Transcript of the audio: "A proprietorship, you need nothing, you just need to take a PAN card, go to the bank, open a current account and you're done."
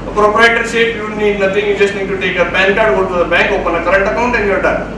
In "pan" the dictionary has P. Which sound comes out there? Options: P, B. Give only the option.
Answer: B